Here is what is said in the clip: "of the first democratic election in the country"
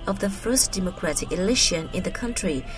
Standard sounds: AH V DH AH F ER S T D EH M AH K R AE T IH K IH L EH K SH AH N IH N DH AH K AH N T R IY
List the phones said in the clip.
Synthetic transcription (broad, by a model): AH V DH AH F ER S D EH M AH K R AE T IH K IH L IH SH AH N IH N DH AH K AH N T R IY